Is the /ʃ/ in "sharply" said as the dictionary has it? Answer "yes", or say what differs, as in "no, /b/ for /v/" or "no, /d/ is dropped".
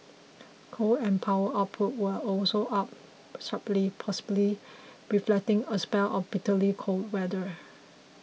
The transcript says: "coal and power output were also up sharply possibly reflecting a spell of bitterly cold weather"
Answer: no, /s/ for /ʃ/